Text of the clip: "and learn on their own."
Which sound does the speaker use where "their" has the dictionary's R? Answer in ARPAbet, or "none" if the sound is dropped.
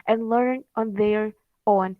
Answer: R